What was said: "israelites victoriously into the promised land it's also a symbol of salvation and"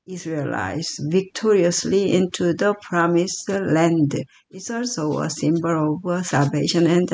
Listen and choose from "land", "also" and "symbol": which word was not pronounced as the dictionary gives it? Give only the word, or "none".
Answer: none